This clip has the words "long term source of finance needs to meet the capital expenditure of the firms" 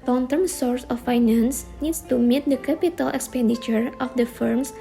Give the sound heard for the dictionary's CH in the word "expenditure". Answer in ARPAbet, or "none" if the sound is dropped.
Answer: CH